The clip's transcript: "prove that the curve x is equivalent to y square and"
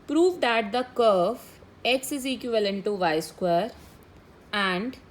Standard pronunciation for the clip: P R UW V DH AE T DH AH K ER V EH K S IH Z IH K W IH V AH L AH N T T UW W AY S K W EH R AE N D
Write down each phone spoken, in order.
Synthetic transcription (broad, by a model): P R UW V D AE T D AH K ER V EH K S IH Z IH K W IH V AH L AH N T T UW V AY S K W EH R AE N D